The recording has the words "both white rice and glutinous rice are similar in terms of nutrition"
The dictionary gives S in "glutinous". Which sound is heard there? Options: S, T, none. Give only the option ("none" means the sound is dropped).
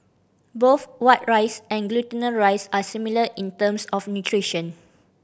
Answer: none